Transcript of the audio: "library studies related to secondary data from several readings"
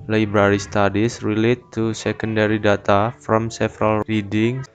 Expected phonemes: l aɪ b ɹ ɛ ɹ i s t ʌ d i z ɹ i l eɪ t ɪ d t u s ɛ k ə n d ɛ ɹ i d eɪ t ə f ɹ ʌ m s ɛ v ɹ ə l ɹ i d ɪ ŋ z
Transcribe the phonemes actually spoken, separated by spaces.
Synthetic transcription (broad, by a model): l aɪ b ɹ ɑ ɹ i s t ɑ d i s ɹ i l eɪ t t u s ɛ k ə n d ɛ ɹ i d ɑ t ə f ɹ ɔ m s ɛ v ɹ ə l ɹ i d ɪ ŋ